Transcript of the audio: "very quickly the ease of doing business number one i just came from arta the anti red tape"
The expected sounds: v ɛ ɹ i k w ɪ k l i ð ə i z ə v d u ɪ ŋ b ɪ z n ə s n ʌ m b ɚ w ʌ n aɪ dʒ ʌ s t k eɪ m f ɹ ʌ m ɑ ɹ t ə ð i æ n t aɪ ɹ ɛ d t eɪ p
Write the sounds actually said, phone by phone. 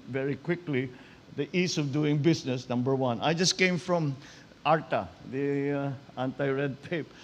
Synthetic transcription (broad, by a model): v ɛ ɹ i k w ɪ k l i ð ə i s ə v d u ɪ ŋ b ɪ s n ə s n ʌ m b ɚ w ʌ n aɪ dʒ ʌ s k eɪ m f ɹ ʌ m ɑ ɹ t ə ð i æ n t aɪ ɹ ɛ d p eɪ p